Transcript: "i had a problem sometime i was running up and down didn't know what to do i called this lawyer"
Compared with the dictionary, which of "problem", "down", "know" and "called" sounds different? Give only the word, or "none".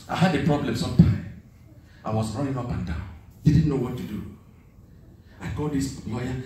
called